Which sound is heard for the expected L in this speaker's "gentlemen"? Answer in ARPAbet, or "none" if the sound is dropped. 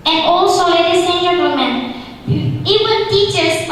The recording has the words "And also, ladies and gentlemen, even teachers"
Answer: none